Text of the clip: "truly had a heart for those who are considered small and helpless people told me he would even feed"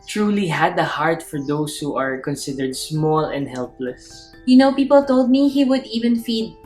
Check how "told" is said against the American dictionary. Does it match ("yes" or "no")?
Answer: yes